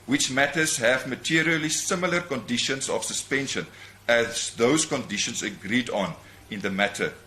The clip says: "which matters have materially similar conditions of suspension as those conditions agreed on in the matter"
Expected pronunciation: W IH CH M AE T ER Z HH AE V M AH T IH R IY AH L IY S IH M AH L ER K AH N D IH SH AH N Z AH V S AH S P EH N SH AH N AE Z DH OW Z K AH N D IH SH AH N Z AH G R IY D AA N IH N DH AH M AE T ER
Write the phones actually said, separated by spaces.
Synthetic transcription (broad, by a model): W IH CH M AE T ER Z HH AE V M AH T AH R IY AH L IY S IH M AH L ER K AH N D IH SH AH N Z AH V S AH S P EH N SH AH N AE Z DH OW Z K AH N D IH SH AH N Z AH G R IY D AA N IH N DH AH M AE T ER